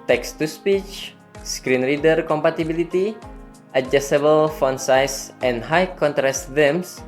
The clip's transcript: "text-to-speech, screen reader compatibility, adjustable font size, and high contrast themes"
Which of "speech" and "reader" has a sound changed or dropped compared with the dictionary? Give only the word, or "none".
none